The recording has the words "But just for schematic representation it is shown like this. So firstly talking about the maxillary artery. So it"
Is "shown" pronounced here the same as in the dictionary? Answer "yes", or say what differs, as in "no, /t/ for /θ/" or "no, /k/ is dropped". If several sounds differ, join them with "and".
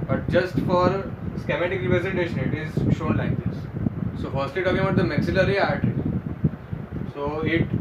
yes